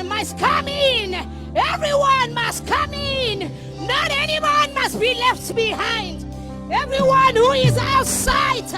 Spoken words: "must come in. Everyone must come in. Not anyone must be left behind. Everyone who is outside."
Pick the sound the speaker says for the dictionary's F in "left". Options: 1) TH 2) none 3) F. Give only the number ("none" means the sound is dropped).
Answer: 3